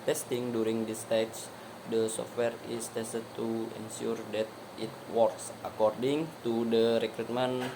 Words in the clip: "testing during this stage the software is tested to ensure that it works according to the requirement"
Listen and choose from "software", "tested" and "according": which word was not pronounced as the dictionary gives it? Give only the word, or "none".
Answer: none